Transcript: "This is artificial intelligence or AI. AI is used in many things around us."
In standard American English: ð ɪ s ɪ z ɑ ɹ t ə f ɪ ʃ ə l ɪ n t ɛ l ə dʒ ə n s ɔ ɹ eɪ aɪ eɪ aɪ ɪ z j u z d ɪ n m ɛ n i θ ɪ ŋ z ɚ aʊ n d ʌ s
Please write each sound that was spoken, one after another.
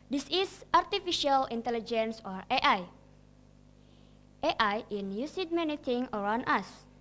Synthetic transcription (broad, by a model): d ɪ s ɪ s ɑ ɹ t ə f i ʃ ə l ɪ n t ɛ l ə dʒ ə n s ɔ ɹ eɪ aɪ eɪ aɪ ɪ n j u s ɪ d m ɛ n i t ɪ ŋ ɚ aʊ n d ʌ s